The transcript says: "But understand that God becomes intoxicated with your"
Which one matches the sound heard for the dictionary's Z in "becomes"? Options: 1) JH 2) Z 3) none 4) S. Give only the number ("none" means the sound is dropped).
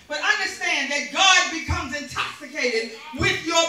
2